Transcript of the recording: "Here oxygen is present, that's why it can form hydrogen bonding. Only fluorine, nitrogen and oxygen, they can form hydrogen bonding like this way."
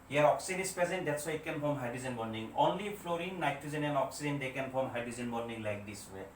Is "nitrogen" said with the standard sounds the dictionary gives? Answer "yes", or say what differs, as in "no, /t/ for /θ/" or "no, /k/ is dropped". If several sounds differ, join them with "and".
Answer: no, /ɹ/ is dropped and /z/ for /dʒ/